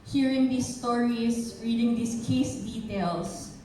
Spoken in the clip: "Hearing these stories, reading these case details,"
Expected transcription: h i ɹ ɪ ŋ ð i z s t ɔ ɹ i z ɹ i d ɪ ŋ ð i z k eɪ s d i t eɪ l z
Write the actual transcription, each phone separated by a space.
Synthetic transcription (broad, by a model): h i ɹ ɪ ŋ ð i s t ɔ ɹ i s ɹ i d ɪ ŋ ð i s k eɪ s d i t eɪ l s